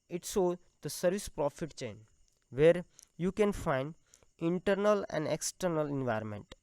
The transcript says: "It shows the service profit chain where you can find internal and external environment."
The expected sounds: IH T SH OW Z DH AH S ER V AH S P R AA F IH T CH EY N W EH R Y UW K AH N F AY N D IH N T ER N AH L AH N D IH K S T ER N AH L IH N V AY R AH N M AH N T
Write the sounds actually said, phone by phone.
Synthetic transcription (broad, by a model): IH T S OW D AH S ER V AH S P R AA F IH T CH EY N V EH R Y UW K AH N F AY N D IH N T ER N AH L AH N D IH K S T ER N AH L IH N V AY R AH M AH N T